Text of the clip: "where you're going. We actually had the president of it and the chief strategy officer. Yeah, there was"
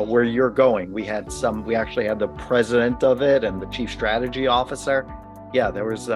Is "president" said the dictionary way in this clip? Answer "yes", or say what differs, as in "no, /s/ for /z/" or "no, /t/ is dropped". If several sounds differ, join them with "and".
yes